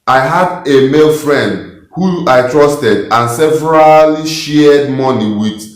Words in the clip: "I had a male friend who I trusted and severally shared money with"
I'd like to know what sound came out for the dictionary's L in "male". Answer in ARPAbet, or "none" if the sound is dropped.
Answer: L